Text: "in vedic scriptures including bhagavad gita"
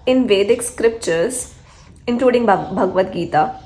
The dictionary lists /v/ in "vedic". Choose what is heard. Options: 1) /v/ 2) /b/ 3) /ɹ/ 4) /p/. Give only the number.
1